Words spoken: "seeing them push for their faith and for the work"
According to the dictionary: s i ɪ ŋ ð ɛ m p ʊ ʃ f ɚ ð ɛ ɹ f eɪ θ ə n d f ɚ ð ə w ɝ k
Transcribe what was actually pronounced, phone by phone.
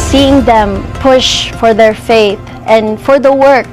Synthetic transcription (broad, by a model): s i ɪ ŋ ð ɛ m p ʊ ʃ f ɚ ð ɛ ɹ f eɪ θ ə n f ɚ ð ə w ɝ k